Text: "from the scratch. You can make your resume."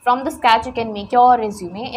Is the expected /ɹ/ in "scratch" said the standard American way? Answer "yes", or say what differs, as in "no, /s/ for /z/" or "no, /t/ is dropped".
no, /ɹ/ is dropped